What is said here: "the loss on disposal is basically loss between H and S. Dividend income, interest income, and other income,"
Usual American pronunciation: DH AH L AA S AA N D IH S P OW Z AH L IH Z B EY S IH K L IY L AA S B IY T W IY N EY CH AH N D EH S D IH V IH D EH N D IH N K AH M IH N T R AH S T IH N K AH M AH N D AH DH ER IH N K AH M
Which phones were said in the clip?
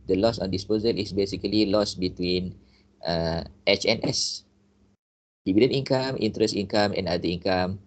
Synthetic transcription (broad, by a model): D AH L AA S AA N D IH S P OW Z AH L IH S B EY S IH K L IY L AA S B IY T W IY N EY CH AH N EH S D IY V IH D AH N IY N K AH M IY N T R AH S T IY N K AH M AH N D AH IY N K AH M